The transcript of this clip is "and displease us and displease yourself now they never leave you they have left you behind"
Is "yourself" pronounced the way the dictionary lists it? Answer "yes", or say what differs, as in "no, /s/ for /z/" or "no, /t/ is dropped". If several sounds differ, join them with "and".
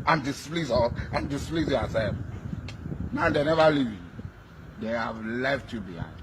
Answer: no, /l/ is dropped